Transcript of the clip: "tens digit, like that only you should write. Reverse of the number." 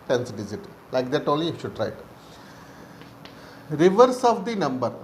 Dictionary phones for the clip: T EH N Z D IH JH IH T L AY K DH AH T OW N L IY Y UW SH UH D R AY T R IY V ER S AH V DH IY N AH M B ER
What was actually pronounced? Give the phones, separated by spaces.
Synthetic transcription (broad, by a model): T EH N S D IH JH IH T L AY K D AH T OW L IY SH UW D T R AY T R IY V ER S AH V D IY N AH M B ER